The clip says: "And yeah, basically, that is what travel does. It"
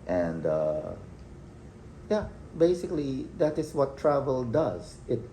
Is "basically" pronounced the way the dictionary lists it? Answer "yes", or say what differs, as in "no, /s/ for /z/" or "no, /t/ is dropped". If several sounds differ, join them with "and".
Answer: yes